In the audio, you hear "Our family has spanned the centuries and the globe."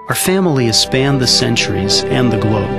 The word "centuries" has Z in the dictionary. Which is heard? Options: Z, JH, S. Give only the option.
Z